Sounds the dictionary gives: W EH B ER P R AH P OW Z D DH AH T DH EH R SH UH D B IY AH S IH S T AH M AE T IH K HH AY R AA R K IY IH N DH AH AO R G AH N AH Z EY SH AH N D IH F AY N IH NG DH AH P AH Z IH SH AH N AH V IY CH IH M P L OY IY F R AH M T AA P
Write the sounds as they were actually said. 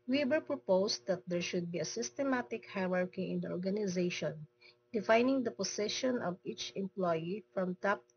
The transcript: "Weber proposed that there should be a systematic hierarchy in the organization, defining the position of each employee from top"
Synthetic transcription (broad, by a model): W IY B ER P R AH P OW S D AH T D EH R SH UH D B IY AH S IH S T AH M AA T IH K HH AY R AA R K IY IH N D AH AO R G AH N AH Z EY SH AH N D IH F AY N IH NG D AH P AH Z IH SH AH N AH V IY CH IH M P L OY IY F R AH M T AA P